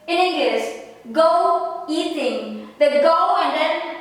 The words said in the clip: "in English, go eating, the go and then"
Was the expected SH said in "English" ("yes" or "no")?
no